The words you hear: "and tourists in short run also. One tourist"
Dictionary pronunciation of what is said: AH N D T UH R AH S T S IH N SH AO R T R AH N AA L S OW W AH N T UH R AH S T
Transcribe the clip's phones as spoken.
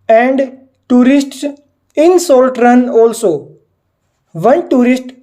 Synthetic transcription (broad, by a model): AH N D T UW R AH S T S IH N S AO L T R AH N AA L S OW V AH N T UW R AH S T